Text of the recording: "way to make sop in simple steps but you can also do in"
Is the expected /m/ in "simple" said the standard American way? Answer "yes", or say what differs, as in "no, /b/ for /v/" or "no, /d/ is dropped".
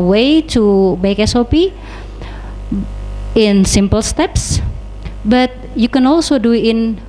yes